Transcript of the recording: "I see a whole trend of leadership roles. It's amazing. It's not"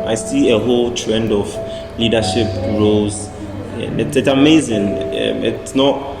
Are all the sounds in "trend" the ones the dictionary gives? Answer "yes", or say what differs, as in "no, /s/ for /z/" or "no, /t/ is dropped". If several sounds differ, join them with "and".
yes